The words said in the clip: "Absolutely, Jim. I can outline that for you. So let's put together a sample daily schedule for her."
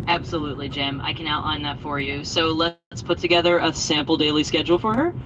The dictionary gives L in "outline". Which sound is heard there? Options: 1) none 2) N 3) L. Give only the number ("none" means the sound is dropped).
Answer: 1